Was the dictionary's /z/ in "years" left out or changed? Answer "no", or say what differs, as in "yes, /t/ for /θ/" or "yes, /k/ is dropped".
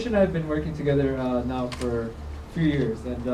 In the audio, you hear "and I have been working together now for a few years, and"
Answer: no